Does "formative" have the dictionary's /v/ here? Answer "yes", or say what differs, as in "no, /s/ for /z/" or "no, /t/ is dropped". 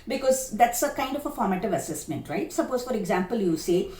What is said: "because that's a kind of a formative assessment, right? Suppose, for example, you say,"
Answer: yes